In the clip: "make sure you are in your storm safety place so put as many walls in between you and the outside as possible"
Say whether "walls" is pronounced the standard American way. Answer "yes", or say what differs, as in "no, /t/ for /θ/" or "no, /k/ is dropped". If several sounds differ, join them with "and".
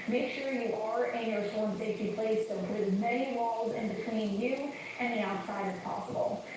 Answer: yes